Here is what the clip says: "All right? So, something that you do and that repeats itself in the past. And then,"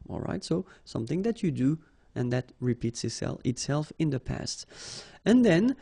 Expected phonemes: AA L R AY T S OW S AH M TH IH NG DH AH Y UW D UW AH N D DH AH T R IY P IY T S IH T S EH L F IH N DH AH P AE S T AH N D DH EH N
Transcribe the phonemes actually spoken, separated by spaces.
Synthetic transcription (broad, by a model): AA L R AY T S OW S AH M TH IH NG DH AH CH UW D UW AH N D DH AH T R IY P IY T S IH T S EH L F IH N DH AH P AE S T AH N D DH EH N